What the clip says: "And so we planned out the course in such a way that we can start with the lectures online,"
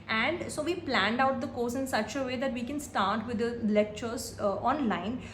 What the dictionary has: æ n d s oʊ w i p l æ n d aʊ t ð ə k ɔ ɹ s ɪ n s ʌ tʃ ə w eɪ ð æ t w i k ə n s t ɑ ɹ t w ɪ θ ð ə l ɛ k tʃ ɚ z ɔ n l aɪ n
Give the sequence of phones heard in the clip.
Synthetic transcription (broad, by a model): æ n d s oʊ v i p l æ n d aʊ t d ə k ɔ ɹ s ɪ n s ʌ tʃ ə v eɪ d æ t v i k ə n s t ɑ ɹ t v ɪ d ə l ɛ k tʃ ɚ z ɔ n l aɪ n